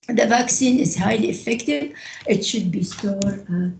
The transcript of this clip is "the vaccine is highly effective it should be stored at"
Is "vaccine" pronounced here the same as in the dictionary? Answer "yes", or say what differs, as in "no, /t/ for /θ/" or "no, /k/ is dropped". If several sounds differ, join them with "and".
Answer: yes